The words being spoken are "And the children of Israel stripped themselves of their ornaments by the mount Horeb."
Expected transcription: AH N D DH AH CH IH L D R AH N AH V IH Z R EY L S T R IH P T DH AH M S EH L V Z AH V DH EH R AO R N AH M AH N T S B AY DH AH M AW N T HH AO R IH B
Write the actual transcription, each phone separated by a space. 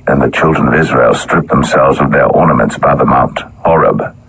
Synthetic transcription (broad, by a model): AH N DH AH CH IH L D R AH N AH V IH Z R EY L S T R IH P DH AH M S EH L V Z AH V DH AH R AO R N AH M AH N T S B AY DH AH M AW N T HH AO R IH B